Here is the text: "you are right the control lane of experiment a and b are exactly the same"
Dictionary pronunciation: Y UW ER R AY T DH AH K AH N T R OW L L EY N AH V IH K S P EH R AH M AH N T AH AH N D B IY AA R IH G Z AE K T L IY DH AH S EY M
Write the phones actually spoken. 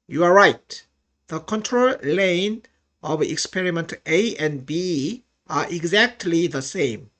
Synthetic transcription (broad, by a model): Y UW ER R AY T DH AH K AH N T R OW L L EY N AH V IH K S P EH R AH M AH N T AH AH N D B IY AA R IH G Z AE K T L IY DH AH S EY M